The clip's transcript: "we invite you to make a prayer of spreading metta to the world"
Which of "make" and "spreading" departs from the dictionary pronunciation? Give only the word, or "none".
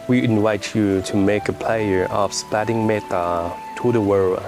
spreading